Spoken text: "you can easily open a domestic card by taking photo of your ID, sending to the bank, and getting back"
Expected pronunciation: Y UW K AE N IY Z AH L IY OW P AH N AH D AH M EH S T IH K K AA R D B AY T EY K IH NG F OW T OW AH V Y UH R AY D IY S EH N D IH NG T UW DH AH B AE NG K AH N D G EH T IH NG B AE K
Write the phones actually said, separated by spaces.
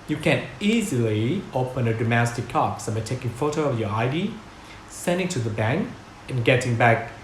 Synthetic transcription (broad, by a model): Y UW K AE N IY Z AH L IY OW P AH N AH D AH M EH S T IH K K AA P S B AY T EY K IH NG F OW T OW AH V Y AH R AY D IY S EH N D IH NG T UW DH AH B AE NG K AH N G EH T IH NG B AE K